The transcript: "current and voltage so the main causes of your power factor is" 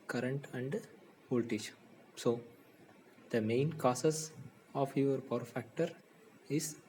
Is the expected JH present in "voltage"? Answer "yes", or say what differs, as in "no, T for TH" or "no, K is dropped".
no, SH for JH